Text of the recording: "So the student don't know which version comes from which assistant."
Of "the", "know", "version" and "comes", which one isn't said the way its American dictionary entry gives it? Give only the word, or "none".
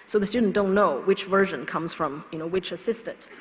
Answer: none